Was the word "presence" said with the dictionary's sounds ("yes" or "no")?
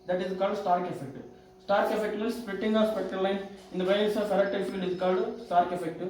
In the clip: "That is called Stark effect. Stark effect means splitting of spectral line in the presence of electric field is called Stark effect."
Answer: no